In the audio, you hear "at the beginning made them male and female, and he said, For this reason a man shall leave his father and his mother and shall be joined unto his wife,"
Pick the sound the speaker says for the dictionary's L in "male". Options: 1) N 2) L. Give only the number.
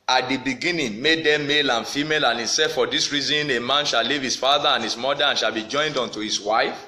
2